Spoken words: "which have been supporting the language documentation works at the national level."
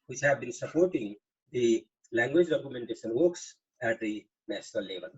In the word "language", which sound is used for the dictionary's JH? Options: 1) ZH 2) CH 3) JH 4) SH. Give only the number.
3